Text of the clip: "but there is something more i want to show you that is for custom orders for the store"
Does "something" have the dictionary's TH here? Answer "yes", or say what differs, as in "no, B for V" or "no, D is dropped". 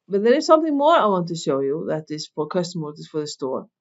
yes